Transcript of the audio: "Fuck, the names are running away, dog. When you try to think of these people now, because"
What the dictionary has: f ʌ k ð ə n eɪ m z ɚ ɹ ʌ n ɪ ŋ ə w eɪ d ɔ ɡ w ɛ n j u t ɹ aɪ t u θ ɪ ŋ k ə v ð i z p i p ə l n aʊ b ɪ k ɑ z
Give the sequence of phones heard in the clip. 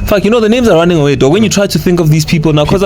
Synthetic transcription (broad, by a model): f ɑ k ð ə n eɪ m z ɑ ɹ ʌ n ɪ ŋ ə w eɪ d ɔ w ɛ n j u t ɹ aɪ t u θ ɪ ŋ k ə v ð i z p i p l n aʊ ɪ k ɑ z